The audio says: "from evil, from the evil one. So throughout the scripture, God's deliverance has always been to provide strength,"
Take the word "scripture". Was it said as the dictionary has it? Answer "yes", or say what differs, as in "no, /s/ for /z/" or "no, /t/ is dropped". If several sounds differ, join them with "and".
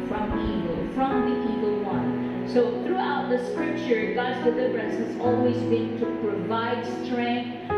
yes